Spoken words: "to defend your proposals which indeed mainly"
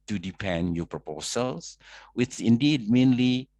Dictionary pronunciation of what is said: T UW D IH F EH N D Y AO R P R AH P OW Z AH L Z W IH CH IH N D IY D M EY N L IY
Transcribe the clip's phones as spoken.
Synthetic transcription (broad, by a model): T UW D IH P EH N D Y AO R P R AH P OW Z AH L S W IH CH IH N D IY D M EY N L IY